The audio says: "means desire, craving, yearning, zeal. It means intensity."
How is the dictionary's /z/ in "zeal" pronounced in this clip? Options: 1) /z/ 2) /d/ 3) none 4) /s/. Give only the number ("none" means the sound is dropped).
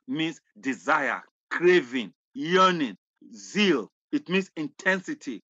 1